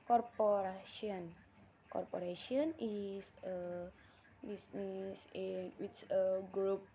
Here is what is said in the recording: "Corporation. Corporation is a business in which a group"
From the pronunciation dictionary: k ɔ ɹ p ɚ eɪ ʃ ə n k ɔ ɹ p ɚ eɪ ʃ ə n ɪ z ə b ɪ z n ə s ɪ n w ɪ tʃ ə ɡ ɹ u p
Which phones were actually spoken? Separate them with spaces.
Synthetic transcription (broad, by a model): k ɔ ɹ p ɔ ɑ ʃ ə n k ɔ ɹ p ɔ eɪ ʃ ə n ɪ s ə b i s n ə s ɪ n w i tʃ ə ɡ ɹ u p